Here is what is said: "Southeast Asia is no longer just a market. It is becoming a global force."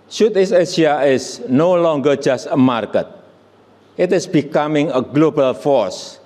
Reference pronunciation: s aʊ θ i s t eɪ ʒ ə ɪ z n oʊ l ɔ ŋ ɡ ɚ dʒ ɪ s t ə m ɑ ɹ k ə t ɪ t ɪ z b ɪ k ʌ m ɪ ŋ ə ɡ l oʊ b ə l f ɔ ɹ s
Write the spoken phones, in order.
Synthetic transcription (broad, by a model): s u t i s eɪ s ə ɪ s n oʊ l ɔ ŋ ɡ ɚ dʒ ɪ s t ə m ɑ ɹ k ə t ɪ t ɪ s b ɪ k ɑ m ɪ ŋ ə ɡ l oʊ b ə l f ɔ ɹ s